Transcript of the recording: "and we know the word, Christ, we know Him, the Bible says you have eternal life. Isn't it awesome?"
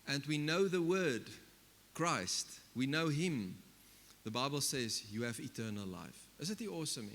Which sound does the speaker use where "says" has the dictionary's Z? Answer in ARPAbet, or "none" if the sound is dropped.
Z